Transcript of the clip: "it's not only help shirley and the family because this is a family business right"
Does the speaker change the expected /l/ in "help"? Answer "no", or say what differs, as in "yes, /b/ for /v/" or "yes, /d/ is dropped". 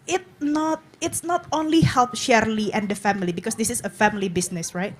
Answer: no